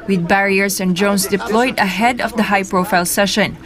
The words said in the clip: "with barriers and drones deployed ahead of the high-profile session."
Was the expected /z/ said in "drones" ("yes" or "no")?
no